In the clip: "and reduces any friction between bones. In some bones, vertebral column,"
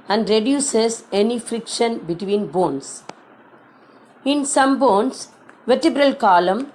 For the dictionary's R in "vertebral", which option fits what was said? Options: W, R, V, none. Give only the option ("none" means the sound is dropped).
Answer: R